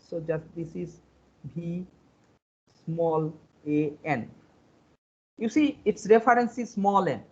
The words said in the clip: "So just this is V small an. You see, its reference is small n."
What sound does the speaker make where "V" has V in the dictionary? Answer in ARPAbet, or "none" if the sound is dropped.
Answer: B